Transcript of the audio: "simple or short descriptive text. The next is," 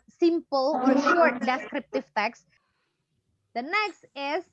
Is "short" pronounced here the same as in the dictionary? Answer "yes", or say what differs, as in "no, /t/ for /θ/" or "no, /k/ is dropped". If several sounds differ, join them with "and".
yes